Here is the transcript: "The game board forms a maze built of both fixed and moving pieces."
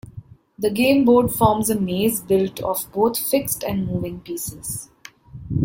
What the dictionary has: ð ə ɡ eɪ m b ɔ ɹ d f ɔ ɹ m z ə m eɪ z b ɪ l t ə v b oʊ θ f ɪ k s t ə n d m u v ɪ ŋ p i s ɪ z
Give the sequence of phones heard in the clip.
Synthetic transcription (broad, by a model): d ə ɡ eɪ m b ɔ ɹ d f ɔ ɹ m z ə m eɪ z b ɪ l t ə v b oʊ t f ɪ k s t ə n d m u v ɪ ŋ p i s ɪ z